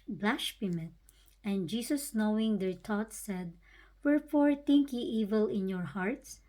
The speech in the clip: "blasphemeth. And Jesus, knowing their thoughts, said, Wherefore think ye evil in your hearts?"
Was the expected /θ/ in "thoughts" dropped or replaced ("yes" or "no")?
yes